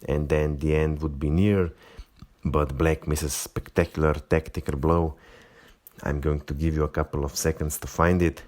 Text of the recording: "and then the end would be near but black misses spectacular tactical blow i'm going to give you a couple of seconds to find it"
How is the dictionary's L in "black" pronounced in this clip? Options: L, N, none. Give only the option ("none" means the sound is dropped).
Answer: L